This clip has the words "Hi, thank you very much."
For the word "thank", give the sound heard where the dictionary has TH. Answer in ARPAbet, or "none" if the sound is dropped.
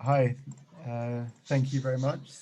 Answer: TH